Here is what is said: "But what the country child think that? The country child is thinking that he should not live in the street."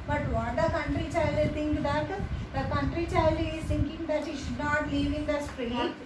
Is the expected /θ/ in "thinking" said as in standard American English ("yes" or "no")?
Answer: no